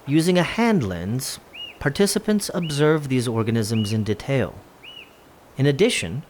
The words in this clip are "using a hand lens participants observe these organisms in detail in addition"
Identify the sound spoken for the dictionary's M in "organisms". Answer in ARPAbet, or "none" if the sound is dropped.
M